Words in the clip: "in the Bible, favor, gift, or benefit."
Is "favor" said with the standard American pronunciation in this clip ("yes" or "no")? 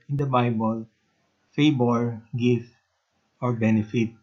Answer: no